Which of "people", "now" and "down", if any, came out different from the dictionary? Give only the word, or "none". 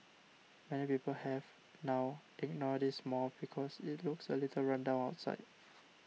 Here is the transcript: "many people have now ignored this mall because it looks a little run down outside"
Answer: down